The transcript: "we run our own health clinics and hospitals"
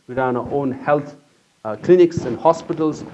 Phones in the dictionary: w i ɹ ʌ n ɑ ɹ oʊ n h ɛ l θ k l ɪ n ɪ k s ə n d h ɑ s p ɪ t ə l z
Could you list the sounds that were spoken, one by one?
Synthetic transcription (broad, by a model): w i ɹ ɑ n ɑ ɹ oʊ n h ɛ l t k l ɪ n ɪ k s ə n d h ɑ s p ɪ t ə l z